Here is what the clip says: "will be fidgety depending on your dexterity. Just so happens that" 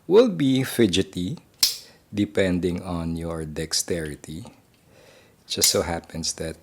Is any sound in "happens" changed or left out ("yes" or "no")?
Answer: yes